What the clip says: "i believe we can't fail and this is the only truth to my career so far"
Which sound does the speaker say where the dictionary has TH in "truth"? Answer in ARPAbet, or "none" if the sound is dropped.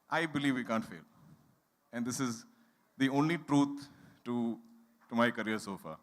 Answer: T